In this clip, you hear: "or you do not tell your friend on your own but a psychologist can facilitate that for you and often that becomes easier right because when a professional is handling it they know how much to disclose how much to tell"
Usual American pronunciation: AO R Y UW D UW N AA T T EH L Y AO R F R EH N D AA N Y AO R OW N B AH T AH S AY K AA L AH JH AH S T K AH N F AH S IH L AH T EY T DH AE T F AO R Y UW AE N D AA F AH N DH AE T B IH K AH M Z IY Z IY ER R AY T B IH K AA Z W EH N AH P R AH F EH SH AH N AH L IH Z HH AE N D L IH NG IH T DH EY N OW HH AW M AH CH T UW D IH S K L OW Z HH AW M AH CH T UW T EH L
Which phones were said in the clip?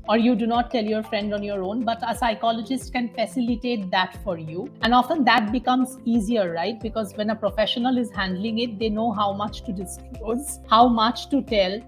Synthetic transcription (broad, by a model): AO R Y UW D UW N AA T T EH L Y AO R F R EH N D AA N Y AO R OW N B AH T AH S AY K AA L AH JH AH S T K AH N F AH S IH L AH T EY T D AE T F AO R Y UW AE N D AA F AH N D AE T B IH K AH M Z IY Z IY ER R AY T B IH K AA Z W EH N AH P R AH F EH SH AH N AH L IH Z HH AE N D L IH NG IH T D EY N OW HH AW M AH CH T UW D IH S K OW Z HH AW M AH CH T UW T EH L